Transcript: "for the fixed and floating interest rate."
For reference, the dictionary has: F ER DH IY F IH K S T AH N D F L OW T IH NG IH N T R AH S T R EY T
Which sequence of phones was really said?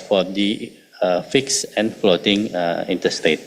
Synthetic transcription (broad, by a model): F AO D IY F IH K S AH N F L OW T IH NG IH N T AH S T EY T